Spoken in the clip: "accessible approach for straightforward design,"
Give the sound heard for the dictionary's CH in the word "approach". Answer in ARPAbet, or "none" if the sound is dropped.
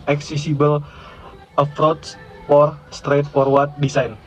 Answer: S